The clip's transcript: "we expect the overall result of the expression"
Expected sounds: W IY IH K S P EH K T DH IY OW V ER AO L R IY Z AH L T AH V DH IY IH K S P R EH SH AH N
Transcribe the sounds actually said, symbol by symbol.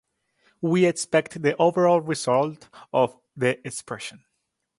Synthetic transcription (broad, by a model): W IY IH K S P EH K T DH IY OW V ER AO L R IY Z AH L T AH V DH IY IH K S P R EH SH AH N